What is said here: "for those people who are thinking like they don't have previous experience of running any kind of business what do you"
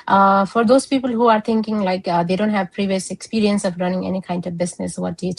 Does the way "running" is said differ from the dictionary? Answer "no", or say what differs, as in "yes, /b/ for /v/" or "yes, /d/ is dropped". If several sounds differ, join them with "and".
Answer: no